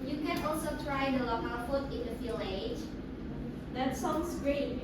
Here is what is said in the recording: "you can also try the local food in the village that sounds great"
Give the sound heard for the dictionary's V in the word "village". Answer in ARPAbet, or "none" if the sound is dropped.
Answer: F